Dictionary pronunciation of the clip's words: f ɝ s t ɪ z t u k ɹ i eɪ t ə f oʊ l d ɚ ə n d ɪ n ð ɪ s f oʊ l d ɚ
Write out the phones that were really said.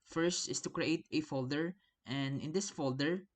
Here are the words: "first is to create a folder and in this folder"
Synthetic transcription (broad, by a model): f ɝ s t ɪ s t u k ɹ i eɪ t ə f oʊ l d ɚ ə n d ɪ n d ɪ s f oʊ l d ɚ